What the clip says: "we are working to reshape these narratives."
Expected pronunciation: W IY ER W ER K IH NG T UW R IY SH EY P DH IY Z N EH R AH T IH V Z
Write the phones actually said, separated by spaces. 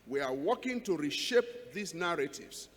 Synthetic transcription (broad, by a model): W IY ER W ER K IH NG T UW R IY SH EY P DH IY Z N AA R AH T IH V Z